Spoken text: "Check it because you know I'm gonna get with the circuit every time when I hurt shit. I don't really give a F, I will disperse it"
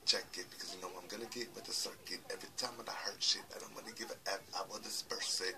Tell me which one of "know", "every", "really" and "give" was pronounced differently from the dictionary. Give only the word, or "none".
really